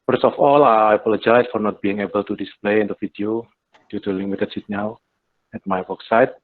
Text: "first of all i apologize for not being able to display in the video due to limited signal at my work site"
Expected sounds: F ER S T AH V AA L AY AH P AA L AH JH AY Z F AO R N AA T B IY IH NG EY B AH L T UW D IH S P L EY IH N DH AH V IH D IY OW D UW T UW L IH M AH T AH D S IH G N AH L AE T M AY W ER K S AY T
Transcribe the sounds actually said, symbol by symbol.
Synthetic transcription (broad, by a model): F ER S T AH F AA L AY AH P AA L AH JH AY S F AO R N AA T B IY IH NG EY B AH L T UW D IH S P L EY IH N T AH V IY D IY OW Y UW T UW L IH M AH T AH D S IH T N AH W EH T M AY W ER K S AY T